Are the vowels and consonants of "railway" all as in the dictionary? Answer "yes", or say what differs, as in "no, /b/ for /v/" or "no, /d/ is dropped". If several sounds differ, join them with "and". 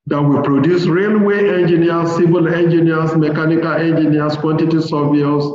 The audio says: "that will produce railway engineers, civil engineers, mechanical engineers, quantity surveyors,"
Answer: yes